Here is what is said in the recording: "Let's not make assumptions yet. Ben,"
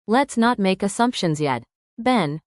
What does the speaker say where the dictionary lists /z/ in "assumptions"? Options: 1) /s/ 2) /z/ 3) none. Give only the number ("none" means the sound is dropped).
2